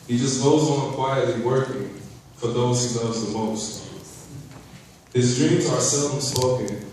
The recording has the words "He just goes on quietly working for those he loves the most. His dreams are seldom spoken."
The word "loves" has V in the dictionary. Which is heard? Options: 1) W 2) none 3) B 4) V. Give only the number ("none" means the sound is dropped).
2